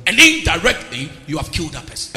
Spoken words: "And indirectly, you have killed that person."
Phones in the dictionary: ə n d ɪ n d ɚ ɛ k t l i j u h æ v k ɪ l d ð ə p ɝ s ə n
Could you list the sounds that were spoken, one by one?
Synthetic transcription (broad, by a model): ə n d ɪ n d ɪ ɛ k t l i j u h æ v k ɪ l d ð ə p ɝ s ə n